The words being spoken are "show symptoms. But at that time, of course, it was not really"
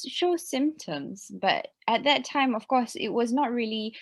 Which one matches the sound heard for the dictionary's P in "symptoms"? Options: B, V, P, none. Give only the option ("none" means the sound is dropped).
P